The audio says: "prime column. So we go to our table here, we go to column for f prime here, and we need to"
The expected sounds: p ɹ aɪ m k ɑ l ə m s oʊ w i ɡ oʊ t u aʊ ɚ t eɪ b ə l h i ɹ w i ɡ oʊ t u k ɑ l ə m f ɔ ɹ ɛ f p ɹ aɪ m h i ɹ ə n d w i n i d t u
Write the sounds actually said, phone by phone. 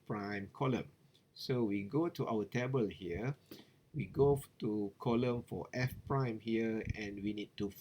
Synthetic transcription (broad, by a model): p ɹ aɪ m k ɑ l ə m s oʊ w i ɡ oʊ t u aʊ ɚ t eɪ b ə l h i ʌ w i ɡ oʊ t u k ɑ l ə m f ɔ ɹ ɛ f p ɹ aɪ m h i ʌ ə n w i n i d t u